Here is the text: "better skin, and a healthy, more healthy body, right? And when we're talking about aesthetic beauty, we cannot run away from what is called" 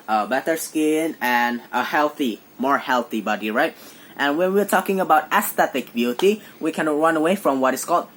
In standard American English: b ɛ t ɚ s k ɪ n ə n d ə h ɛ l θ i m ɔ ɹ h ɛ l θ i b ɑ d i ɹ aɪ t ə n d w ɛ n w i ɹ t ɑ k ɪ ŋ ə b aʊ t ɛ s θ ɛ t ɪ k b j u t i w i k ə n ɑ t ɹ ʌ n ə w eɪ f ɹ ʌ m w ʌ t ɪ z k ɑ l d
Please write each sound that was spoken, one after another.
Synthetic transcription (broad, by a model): b ɛ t ɚ s k ɪ n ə n ə h ɛ l θ i m ɔ ɹ h ɛ l θ i b ɑ d i ɹ aɪ t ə n w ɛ n w i ɹ t ɑ k ɪ ŋ ə b aʊ t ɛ s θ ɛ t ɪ k b j u t i w i k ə n ɹ ʌ n ə w eɪ f ɹ ʌ m w ʌ t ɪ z k ɑ l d